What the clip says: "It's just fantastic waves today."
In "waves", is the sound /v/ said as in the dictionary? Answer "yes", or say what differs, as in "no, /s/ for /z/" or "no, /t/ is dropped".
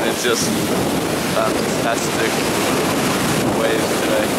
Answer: no, /v/ is dropped